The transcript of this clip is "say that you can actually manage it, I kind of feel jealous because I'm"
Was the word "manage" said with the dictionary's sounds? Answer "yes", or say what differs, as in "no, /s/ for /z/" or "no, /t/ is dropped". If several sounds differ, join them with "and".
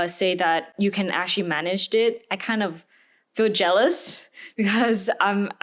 yes